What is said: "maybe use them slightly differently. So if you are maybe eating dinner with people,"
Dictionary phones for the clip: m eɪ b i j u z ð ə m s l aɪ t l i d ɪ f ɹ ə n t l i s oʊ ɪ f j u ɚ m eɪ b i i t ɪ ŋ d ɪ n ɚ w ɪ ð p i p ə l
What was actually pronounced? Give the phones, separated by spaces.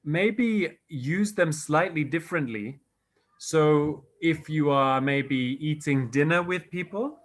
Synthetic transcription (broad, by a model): m eɪ b i j u z ð ə m s l aɪ t l i d ɪ f ɹ ə n t l i s oʊ ɪ f j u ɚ m eɪ b i i t ɪ ŋ d ɪ n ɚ w ɪ ð p i p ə l